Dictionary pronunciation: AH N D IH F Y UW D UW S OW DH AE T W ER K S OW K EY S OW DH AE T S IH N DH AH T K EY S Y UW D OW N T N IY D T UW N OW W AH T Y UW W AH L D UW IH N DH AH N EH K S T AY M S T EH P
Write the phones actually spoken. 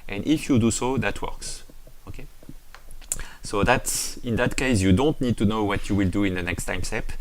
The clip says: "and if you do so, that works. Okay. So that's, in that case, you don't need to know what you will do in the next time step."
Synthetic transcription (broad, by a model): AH N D IH F Y UW D UW S OW DH AE T W ER K S OW K EY S OW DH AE T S IH N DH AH T K EY S Y UW D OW N T N IY D T UW N OW W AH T Y UW W AH L D UW IH N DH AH N EH K S T AY M S T EH P